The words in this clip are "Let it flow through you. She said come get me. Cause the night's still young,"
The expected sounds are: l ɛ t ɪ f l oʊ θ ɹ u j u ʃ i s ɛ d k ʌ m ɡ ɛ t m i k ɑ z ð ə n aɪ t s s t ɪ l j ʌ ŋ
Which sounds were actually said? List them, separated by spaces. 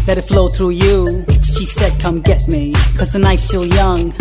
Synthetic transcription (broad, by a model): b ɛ t ɪ f l oʊ θ ɹ u j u ʃ i s ɛ d k ʌ m ɡ ɛ t m i k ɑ z ð ə n aɪ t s s t ɪ l j ʌ ŋ